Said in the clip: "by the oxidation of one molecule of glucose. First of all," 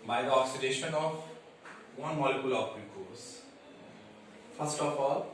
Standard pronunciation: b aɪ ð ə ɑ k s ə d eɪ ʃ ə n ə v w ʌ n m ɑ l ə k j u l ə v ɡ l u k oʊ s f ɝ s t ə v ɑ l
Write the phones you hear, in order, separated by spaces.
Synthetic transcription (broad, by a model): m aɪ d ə ɑ k s ə d eɪ ʃ ə n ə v w ʌ n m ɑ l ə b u l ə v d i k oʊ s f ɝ s t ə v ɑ l